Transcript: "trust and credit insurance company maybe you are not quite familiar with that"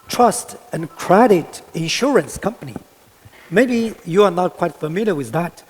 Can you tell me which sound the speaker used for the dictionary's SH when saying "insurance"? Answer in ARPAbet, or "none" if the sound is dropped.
SH